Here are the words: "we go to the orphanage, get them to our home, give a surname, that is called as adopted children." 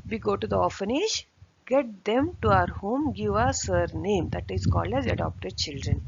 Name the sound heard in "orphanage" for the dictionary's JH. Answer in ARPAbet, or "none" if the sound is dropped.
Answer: SH